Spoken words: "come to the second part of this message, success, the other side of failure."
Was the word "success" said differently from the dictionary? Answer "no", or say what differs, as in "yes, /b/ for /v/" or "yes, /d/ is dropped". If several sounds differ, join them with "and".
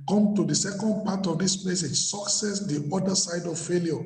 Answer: no